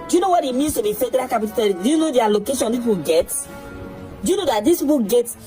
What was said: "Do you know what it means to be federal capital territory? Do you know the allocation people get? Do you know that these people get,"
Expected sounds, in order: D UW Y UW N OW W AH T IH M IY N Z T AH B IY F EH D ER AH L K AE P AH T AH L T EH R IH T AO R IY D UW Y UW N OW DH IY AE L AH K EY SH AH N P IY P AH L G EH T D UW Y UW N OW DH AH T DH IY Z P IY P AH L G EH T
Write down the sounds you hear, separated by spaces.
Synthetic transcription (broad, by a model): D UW Y UW N OW W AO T IH M IY N S T AH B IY F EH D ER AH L K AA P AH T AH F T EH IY D UW Y UW N OW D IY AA L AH K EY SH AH N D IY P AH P G EH T D UW Y UW N OW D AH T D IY S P IY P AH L G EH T